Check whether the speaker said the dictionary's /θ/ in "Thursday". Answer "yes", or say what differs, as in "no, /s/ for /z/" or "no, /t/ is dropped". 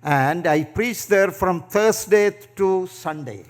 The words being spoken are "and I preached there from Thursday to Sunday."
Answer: no, /t/ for /θ/